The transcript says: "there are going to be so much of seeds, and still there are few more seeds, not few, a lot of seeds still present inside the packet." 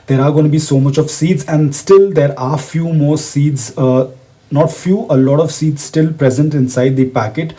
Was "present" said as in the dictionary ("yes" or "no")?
yes